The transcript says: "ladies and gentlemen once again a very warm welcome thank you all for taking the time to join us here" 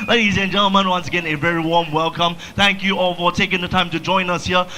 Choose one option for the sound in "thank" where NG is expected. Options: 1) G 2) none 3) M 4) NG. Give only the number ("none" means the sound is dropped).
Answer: 4